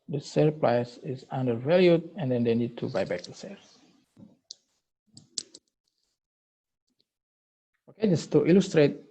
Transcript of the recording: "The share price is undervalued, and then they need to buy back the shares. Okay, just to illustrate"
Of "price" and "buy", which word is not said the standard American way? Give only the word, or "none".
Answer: price